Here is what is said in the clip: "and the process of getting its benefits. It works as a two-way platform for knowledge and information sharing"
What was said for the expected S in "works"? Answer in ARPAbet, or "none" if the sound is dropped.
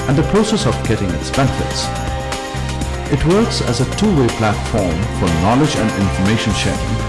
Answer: S